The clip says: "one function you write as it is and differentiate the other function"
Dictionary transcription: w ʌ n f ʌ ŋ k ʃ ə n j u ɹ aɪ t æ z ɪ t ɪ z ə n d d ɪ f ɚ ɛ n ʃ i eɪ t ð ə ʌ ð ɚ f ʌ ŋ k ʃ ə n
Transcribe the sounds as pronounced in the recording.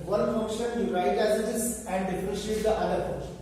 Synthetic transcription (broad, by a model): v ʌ n f ʌ ŋ k ʃ ə n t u ɹ aɪ t æ z ɪ t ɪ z ə n d d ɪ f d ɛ ʃ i eɪ t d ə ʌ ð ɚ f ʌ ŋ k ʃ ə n